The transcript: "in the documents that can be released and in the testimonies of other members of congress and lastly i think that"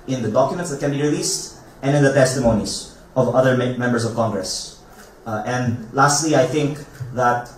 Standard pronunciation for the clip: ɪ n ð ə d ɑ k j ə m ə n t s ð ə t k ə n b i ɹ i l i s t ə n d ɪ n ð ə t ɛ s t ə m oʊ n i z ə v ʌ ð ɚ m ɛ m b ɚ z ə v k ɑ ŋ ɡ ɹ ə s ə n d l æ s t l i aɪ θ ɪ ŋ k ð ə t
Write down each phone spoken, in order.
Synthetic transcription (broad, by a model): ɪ n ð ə d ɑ k j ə m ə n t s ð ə t k ə n b i ɹ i l i s t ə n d ɪ n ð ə t ɛ s t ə m oʊ n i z ə v ʌ ð ɚ m ɛ m b ɚ s ə v k ɑ ŋ ɡ ɹ ə s ə n d l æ s t l i aɪ θ ɪ ŋ k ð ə t